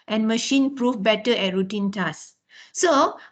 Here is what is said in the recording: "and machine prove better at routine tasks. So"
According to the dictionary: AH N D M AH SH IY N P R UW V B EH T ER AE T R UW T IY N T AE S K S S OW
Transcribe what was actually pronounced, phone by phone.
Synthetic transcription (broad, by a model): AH N M AH SH IY N P R UW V B EH T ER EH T R UW T IY N T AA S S S OW